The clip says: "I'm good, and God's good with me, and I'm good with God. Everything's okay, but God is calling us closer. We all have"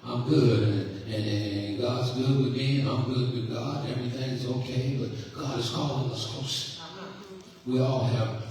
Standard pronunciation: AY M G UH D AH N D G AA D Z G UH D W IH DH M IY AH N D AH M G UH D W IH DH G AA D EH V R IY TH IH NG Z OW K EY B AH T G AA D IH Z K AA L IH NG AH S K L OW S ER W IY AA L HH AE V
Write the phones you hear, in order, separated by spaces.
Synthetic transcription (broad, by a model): AY M G UH D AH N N G AA D Z G UH D W IH DH M IY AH AH M G UH D W IH DH G AA D EH V R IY TH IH NG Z OW K EY B AH T G AA D IH Z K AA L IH AH S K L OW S W IY AA L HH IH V